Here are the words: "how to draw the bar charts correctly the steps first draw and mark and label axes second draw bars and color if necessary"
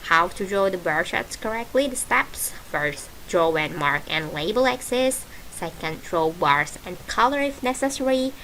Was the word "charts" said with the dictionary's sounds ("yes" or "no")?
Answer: no